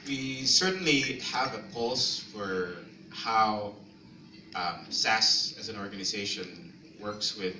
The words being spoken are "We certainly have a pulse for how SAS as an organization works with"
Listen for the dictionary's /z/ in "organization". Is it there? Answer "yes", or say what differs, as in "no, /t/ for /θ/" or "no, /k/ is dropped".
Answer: yes